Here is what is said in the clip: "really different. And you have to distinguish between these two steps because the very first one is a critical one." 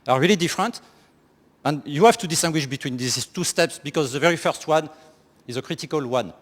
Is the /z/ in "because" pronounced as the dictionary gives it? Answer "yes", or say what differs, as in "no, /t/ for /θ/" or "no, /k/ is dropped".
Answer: yes